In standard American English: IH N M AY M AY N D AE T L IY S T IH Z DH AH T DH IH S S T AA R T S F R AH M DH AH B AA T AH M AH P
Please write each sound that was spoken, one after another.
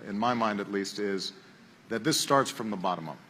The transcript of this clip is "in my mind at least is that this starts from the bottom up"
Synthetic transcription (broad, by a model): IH N M AY M AY N D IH T L IY S T IH Z DH AH T DH IH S S T AA R T S F R AH M DH AH B AA T AH M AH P